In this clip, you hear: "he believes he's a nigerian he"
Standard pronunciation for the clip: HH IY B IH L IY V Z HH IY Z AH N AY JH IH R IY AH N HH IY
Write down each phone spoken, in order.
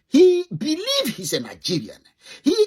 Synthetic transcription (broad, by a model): HH IY B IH L IY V HH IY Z AH N AY JH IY R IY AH N HH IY